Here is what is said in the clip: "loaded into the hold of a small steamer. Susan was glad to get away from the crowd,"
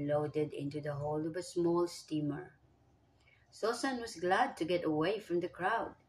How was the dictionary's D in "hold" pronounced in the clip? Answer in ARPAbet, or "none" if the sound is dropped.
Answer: none